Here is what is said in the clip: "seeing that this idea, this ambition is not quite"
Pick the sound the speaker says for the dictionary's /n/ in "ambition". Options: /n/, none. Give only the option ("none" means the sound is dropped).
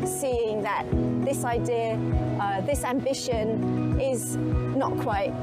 /n/